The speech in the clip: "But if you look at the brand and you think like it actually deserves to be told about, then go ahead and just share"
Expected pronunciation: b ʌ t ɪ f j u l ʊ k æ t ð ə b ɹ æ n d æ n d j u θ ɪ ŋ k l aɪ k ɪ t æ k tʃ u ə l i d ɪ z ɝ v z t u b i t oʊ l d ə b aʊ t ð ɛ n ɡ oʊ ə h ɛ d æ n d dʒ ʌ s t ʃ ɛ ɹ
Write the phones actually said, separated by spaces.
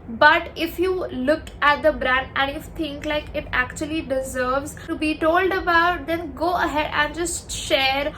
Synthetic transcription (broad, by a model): b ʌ t ɪ f j u l ʊ k æ t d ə b ɹ æ n d æ n d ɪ f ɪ ŋ k l aɪ k ɪ t æ k tʃ u ə l i d ɪ z ɝ v z t u b i t oʊ l d ə b aʊ t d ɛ n ɡ oʊ ə h ɛ d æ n d dʒ ʌ s t ʃ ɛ ɹ